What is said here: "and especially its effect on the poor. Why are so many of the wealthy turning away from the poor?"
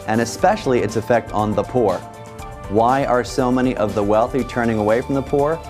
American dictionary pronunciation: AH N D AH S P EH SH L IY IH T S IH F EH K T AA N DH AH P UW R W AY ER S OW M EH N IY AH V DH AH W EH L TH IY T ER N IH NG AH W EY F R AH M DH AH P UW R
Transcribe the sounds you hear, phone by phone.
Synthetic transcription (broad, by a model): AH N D AH S P EH SH L IY IH T S IH F EH K T N DH AH P UW R W AY ER S OW M EH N IY AH V DH AH W EH L TH IY T ER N IH NG AH W EY F R AH M DH AH P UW R